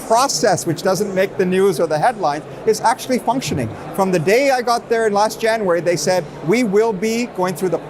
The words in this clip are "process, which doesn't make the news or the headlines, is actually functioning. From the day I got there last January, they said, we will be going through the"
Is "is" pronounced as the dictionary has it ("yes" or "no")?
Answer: yes